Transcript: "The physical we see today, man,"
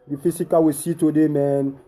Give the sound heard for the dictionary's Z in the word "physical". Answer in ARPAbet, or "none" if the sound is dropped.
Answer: S